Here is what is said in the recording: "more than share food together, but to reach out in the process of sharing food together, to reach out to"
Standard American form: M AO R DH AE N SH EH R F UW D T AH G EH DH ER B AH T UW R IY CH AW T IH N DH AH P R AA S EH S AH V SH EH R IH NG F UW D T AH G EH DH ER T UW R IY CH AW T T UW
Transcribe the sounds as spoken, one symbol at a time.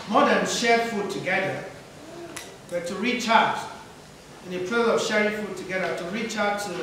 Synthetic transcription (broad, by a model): M AO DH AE N SH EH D F UW D T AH G EH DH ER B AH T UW R IY CH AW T IH N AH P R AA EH AH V SH EH R IH NG F UW D T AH G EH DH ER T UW R IY CH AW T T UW